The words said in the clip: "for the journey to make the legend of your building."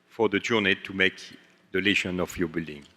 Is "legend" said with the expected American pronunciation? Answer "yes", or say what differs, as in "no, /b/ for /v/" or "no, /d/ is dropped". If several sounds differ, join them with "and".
no, /ʃ/ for /dʒ/ and /d/ is dropped